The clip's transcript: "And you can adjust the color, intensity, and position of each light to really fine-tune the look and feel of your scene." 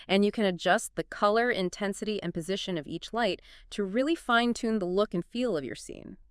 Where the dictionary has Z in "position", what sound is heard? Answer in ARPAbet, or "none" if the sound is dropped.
Z